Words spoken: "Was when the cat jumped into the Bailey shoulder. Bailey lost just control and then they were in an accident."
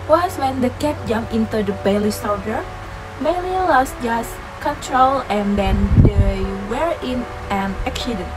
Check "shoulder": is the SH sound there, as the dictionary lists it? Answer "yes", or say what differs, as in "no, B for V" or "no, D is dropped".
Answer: no, S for SH